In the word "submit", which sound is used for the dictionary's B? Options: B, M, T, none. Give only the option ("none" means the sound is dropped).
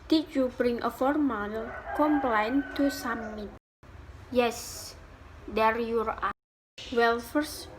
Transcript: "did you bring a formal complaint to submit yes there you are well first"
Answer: none